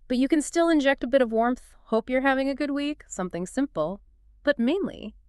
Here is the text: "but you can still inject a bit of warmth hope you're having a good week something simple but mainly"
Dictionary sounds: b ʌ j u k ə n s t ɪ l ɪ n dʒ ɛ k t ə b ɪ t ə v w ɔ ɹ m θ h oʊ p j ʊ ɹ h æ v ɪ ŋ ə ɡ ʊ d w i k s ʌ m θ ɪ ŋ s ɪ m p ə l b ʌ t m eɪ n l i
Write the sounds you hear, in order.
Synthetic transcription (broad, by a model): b ʌ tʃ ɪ k ə n s t ɪ l ɪ n dʒ ɛ k t ə b ɪ t ə v w ɔ ɹ m θ h oʊ p j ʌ ɹ h æ v ɪ ŋ ə ɡ ʊ d w i k s ʌ m θ ɪ ŋ s ɪ m p l b ʌ t m eɪ n l i